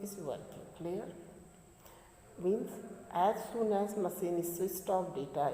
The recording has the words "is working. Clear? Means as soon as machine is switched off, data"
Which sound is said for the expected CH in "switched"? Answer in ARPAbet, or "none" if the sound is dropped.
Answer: S